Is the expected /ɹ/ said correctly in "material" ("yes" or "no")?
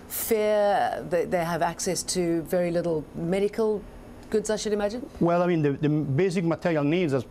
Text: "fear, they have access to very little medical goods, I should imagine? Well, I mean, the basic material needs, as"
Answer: yes